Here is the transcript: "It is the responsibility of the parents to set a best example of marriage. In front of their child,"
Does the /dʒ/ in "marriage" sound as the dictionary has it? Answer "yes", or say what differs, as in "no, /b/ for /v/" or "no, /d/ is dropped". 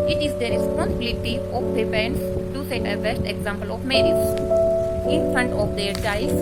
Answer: no, /z/ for /dʒ/